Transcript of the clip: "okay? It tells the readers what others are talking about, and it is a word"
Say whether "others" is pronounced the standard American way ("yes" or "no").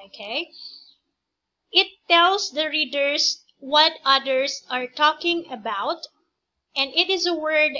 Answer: no